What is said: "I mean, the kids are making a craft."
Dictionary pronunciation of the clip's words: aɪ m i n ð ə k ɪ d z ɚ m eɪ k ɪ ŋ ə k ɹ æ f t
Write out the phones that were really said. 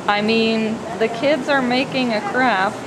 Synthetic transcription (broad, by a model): aɪ m i n ð ə k ɪ d z ɚ m eɪ k ɪ ŋ ə k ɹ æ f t